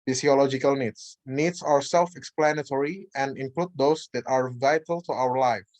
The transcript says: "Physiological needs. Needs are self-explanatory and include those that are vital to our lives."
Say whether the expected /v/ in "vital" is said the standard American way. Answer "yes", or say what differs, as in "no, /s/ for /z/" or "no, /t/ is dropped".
yes